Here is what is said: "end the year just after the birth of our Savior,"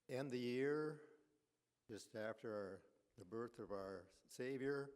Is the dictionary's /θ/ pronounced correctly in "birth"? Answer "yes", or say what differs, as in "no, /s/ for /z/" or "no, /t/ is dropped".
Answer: yes